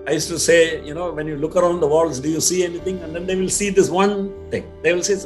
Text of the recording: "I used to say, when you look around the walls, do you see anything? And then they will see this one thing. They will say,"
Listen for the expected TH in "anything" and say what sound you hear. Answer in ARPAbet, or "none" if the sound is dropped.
T